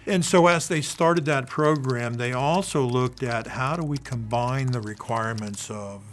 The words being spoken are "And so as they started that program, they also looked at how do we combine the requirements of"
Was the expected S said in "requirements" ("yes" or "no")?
yes